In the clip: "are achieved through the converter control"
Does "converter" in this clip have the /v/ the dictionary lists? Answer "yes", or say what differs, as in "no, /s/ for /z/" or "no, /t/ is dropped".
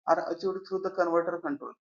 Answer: yes